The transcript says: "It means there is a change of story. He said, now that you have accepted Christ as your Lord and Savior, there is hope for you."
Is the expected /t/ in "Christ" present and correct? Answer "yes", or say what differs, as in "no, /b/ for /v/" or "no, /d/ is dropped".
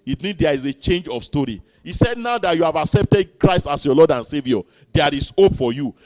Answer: yes